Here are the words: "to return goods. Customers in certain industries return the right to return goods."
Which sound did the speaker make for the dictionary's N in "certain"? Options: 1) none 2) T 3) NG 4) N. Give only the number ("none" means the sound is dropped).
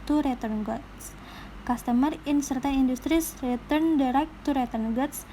1